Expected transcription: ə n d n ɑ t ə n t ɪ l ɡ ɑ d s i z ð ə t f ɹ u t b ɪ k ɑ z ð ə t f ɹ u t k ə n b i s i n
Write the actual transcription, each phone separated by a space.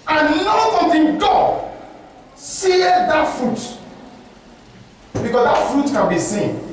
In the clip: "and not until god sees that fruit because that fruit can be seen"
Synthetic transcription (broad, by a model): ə n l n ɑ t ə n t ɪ n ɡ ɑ s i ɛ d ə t f ɹ u t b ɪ k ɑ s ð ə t f ɹ u t k ə n b i s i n